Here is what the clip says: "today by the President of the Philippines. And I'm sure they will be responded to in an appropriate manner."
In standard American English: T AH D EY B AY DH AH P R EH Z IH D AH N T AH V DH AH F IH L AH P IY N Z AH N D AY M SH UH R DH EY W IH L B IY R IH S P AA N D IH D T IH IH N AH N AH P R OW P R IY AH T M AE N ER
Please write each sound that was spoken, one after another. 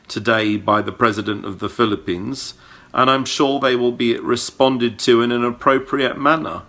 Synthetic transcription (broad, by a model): T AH D EY B AY DH AH P R EH Z IH D AH N T AH V DH AH F IH L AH P IY N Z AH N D AY M SH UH R DH EY W IH L B IY R IH S P AA N D IH D T IH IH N AH N AH P R OW P R IY AH T M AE N ER